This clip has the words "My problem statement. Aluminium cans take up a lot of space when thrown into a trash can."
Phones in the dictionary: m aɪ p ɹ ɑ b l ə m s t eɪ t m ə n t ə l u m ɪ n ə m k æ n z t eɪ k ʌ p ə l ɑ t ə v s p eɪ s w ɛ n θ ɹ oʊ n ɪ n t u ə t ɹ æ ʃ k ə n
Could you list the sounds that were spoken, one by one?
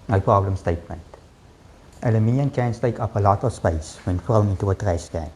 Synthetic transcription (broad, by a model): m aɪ p ɹ ɑ b l ə m s t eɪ t m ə n t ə l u m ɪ n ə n k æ n s t eɪ k ʌ p ə l ɑ t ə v s p eɪ s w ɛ n f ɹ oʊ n ɪ n t u ə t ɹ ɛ s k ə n